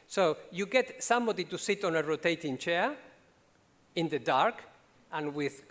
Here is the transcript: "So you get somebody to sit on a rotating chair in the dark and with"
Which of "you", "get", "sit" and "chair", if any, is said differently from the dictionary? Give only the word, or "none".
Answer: none